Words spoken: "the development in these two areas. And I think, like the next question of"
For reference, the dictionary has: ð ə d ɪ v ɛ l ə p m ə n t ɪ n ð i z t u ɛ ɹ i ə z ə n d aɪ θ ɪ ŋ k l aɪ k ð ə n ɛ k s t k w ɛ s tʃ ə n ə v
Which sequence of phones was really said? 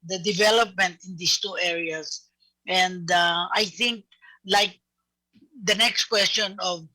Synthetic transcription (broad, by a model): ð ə d ɪ v ɛ l ə p m ə n t ɪ n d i s t u ɛ ɹ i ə s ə n d aɪ θ ɪ ŋ k l aɪ k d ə n ɛ k s t k w ɛ s tʃ ə n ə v